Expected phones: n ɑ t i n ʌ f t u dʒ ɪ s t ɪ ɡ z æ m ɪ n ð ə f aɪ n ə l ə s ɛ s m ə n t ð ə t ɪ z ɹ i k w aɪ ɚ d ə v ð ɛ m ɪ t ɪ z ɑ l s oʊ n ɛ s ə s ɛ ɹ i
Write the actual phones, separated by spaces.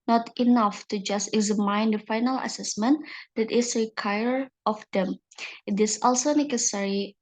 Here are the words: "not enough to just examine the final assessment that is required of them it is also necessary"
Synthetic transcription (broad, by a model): n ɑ t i n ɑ f t u dʒ ɪ s t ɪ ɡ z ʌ m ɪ n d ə f aɪ n ə l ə s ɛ s m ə n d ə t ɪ s ɹ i k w aɪ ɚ ə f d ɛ m ɪ t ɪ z ɑ l s oʊ n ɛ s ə s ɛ ɹ i